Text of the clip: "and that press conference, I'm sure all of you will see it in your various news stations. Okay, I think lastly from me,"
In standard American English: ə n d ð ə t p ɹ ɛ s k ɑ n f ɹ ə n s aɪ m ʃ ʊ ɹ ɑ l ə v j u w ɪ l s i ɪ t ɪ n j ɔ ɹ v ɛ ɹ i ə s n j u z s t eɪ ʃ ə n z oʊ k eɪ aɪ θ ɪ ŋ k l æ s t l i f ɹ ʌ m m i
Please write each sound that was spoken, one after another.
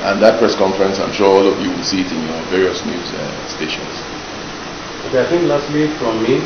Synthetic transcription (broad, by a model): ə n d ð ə t p ɹ ɛ s k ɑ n f ɹ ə n s aɪ m ʃ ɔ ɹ ɑ l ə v j u w ɪ l s i ɪ t ɪ n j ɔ v ɛ ɹ i ə s n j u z s t eɪ ʃ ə n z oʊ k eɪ aɪ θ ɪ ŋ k l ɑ s t w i f ɹ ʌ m m i